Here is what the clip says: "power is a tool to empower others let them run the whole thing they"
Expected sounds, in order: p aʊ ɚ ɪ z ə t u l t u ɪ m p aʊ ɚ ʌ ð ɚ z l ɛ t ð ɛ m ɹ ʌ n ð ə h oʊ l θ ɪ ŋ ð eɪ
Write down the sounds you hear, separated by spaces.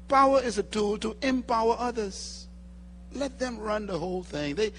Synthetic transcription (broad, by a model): p aʊ ɚ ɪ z ə t u l t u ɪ m p aʊ ɚ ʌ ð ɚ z l ɛ t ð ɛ m ɹ ʌ n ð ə h oʊ l θ ɪ ŋ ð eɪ